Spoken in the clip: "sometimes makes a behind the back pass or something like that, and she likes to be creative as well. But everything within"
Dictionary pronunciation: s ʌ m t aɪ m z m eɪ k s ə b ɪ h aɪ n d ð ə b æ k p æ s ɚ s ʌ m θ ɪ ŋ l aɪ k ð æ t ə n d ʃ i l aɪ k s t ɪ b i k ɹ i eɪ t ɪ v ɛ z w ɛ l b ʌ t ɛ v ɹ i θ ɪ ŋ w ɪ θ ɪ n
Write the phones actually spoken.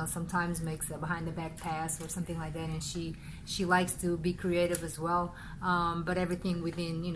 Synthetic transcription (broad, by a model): s ʌ m t aɪ m z m eɪ k s ə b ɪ h aɪ n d ð ə b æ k p æ s ɚ s ʌ m θ ɪ ŋ l aɪ k ð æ t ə n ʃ ʃ i l aɪ k s t ɪ b i k ɹ i eɪ t ɪ v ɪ z w ɛ l b ʌ t ɛ v ɹ i θ ɪ ŋ w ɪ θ ɪ n